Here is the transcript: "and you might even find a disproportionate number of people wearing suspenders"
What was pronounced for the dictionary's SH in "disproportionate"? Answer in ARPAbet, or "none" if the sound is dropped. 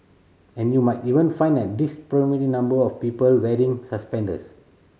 none